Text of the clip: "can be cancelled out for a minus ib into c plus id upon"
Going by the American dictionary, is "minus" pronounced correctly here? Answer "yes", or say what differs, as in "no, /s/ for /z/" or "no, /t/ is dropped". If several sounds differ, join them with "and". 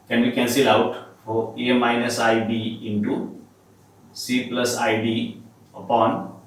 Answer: yes